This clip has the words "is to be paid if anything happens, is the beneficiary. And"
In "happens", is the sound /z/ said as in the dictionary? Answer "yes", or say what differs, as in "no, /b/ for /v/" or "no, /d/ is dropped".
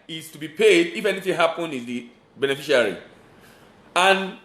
no, /z/ is dropped